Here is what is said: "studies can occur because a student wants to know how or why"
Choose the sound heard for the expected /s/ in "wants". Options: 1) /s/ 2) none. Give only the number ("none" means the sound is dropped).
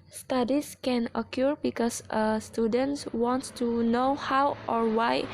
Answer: 2